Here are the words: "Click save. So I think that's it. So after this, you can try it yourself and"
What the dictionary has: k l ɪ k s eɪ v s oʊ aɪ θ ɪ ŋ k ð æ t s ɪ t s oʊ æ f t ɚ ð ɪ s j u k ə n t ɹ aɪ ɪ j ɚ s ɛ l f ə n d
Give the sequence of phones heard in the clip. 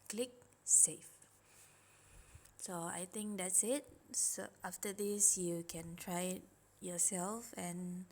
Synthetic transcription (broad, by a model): k l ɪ k s eɪ f s oʊ aɪ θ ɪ ŋ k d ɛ t s ɪ t s oʊ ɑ f t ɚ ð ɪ s j u k ə n t ɹ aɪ ɪ j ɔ s ɛ l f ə n